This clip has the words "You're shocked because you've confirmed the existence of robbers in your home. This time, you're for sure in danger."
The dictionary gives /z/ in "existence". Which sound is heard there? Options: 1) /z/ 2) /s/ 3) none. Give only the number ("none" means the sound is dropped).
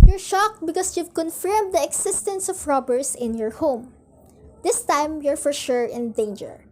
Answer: 2